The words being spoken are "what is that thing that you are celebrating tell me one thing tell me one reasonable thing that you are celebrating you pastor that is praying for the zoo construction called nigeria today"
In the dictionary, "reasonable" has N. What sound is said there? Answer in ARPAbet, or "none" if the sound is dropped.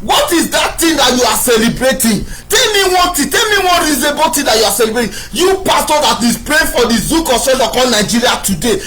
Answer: none